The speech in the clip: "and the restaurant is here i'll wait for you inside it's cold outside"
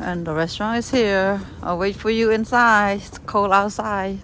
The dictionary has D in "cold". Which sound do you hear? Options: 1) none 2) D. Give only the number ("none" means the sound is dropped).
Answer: 1